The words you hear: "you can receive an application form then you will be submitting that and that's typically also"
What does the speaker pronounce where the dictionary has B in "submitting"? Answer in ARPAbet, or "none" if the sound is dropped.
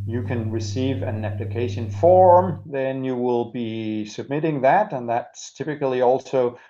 B